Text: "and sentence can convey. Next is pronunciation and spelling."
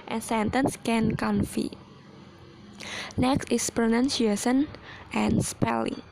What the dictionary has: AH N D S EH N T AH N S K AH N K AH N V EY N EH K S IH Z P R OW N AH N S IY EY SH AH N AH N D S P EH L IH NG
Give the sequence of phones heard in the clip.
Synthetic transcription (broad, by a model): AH N S EH N T AH N S K AH N K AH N F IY N EH K S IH S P R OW N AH N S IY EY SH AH N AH N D S P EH L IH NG